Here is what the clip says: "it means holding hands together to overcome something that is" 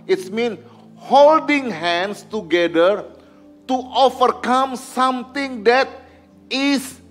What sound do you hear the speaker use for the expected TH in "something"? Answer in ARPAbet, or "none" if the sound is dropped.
T